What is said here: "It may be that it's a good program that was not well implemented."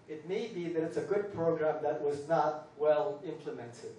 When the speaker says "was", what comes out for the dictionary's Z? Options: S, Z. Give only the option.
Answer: Z